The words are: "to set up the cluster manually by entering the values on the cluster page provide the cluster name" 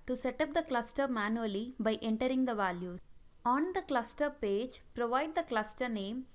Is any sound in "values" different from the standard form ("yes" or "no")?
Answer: yes